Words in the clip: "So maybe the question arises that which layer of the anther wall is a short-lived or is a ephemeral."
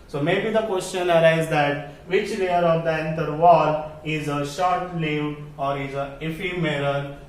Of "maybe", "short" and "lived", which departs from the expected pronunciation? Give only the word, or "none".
lived